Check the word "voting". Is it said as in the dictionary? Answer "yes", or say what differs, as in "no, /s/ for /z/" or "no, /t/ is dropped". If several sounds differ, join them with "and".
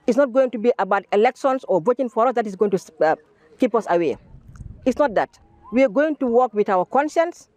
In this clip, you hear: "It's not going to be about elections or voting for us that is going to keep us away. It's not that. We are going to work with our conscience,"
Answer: no, /b/ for /v/